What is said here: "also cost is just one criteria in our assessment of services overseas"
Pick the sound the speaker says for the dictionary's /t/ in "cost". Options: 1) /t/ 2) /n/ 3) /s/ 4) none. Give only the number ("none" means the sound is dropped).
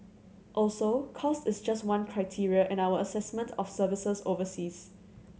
1